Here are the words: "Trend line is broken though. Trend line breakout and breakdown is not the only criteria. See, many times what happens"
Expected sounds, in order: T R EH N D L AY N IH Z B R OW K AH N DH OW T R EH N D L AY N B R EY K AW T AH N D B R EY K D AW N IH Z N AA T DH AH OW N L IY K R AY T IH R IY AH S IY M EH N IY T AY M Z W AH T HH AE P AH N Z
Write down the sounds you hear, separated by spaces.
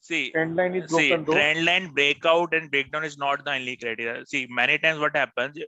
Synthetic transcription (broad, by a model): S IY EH N D L AY N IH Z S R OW AH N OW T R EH N D L AY N B R EY K AW T AH N D B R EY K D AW N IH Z N AA T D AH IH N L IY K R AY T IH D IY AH S IY M EH N IY T AY M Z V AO T HH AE P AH N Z